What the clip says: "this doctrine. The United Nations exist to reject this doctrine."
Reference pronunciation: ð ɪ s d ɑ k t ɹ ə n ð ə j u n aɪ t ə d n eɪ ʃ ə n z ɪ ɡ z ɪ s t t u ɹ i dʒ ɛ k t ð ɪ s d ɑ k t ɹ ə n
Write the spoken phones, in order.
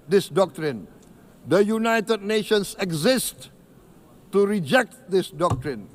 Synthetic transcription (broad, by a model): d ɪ s d ɑ k t ɹ ə n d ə j u n aɪ t ə d n eɪ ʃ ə n s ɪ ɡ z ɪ s t t u ɹ i dʒ ɛ k t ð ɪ s d ɑ k t ɹ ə n